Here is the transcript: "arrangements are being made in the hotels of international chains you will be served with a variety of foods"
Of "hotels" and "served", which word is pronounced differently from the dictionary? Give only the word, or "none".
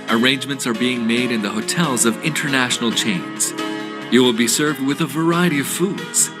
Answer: none